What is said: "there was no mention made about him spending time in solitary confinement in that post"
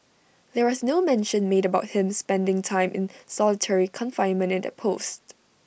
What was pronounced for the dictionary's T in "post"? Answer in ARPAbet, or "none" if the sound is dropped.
T